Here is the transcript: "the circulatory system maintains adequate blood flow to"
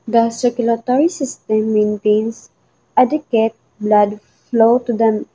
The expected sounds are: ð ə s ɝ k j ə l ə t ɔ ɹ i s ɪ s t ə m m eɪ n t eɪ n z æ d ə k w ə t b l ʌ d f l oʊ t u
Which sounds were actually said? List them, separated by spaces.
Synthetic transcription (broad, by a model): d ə s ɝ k j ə l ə t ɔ ɹ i s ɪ s t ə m m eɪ n t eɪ n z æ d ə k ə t b l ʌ d f l oʊ t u